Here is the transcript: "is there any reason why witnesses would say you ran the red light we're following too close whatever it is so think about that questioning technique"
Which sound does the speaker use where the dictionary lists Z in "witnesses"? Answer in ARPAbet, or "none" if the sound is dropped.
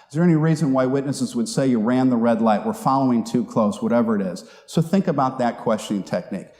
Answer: Z